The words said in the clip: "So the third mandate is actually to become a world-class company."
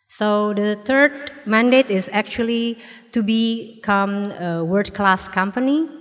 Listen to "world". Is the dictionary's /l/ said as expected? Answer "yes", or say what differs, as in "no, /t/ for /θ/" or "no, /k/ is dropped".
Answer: no, /l/ is dropped